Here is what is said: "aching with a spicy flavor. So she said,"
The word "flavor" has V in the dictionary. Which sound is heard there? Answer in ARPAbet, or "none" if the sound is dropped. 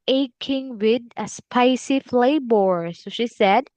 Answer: B